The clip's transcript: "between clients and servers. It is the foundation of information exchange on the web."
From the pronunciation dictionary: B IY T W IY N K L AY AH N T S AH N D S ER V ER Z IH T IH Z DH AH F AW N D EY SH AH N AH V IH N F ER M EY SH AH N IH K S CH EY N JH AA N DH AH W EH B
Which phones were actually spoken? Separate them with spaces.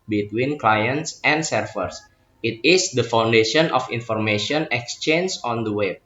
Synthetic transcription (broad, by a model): B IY T W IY N K L AY AH N T S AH N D S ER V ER S IH T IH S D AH F AW N D EY SH AH N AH F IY N F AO M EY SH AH N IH K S CH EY N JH AA N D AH W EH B